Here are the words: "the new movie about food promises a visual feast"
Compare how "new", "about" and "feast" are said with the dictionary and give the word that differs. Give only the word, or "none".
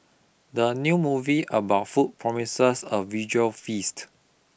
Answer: none